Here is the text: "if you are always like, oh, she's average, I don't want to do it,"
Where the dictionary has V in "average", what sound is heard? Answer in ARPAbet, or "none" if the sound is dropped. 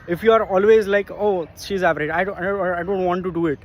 P